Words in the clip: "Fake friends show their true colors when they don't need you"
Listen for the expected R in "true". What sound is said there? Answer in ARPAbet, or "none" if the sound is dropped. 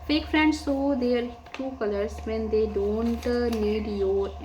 none